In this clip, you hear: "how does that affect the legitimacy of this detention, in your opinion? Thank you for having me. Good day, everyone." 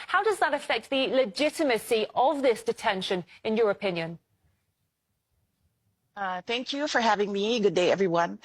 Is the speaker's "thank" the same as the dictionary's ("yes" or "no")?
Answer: yes